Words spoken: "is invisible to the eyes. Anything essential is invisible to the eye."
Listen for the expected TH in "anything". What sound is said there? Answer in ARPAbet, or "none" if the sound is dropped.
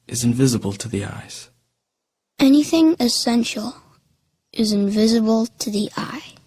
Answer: TH